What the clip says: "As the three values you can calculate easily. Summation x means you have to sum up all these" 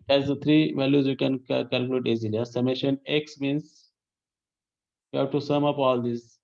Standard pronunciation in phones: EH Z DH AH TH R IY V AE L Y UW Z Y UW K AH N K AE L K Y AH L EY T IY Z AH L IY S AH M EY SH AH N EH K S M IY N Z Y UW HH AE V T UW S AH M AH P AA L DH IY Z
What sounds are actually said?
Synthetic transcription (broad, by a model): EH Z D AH T R IY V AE L Y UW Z Y UW K AH N K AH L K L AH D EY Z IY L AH IY S AH M EY SH AH N EH K S M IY N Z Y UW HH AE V T UW S AH M AH P AA L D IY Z